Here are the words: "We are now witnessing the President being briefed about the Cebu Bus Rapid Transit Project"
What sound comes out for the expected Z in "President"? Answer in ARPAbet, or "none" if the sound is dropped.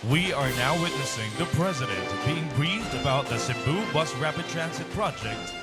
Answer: Z